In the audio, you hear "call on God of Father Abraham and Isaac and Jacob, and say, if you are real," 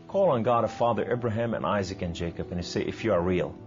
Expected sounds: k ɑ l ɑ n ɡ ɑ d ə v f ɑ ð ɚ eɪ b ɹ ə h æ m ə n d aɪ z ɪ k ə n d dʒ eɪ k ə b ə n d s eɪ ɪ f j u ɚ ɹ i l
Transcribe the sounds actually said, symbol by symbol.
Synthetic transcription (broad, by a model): k ɑ l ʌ n ɡ ɑ d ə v f ɑ ð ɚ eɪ b ɹ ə h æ m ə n aɪ z ɪ k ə n dʒ eɪ k ə b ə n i s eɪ ɪ f j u ɚ ɹ i l